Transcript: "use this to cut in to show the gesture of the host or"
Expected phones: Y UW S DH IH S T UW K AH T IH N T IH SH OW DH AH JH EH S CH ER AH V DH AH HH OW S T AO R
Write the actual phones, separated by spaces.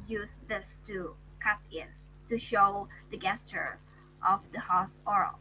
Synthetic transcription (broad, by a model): Y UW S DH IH S T UW K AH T IH N T IH SH OW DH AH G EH S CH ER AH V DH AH HH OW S AO R